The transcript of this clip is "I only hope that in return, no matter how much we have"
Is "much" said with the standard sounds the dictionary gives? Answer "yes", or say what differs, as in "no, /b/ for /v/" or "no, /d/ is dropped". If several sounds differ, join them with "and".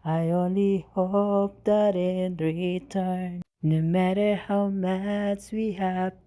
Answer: no, /s/ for /tʃ/